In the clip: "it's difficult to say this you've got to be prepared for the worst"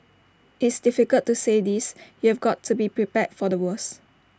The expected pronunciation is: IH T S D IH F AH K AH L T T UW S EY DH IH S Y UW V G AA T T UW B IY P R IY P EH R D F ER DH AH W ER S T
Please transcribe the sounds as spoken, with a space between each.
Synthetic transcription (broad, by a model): IH T S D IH F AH K AH L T T UW S EY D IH S Y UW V G AA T T UW B IY P R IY P EH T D F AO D AH W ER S